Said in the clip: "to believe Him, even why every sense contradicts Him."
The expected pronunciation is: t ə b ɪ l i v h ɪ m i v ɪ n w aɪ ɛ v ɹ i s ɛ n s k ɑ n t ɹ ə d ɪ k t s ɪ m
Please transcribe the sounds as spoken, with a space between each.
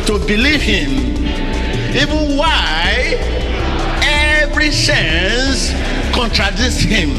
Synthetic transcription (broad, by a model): t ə b ɪ l i v h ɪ m i v ɪ n w aɪ ɛ v ɹ i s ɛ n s k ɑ n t ɹ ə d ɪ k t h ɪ m